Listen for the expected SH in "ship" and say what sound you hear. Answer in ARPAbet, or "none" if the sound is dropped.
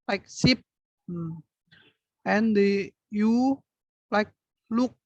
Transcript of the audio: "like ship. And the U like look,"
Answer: S